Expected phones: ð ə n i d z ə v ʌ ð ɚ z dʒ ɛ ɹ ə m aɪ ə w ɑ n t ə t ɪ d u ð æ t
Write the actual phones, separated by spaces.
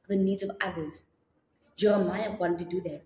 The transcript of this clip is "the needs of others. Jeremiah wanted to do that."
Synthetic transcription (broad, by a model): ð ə n i d z ə v ʌ ð ɚ z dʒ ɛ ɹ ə m aɪ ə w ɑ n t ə t ɪ d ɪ ð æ t